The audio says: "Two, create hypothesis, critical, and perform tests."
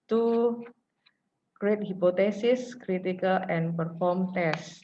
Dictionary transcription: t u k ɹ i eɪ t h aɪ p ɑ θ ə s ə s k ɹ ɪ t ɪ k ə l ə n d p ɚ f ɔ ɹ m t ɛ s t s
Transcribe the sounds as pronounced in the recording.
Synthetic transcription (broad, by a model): t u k ɹ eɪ t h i p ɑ t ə s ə s k ɹ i t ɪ k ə l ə n p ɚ f ɔ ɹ m t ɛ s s